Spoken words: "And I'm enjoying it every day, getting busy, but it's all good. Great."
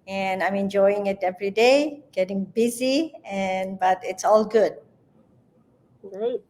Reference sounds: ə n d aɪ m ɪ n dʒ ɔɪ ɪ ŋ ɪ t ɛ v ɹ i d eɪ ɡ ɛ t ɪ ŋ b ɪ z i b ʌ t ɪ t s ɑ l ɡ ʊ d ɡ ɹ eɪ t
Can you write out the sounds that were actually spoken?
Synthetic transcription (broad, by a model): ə n aɪ m ɪ n dʒ ɔɪ ɪ ŋ ɪ t ɛ v ɹ i d eɪ ɡ ɛ t ɪ ŋ b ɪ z i b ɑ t ɪ t s ɑ l ɡ ʊ d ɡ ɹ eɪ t